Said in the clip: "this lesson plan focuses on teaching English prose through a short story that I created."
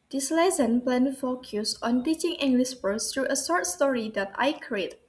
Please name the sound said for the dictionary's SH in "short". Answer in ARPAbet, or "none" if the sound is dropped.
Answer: S